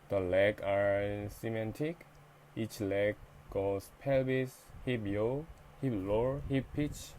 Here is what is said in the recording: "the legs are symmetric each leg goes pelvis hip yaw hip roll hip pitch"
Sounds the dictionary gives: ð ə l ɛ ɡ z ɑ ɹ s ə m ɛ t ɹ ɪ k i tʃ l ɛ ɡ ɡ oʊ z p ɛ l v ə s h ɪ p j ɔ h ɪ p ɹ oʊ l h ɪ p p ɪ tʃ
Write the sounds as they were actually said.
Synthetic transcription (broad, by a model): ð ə l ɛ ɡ ɑ ɹ s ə m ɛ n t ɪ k i tʃ l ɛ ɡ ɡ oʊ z p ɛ l b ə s h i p j ɔ h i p l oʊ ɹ h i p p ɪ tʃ